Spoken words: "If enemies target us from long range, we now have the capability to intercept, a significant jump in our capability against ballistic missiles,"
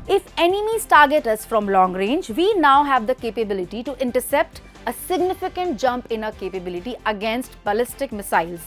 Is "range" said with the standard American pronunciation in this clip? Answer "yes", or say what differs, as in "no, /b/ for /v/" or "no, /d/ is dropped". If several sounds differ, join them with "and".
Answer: yes